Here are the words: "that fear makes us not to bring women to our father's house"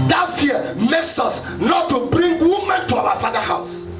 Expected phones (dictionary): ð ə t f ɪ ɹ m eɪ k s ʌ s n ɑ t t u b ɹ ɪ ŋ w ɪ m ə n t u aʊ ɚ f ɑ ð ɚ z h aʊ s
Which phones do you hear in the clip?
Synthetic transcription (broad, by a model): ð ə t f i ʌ m eɪ k s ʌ s n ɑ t t u b ɹ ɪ ŋ w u m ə n t u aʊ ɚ f ɑ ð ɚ h aʊ s